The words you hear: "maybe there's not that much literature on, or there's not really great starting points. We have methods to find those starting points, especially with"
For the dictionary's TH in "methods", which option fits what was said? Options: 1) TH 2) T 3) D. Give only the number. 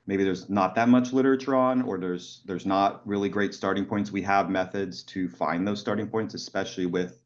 1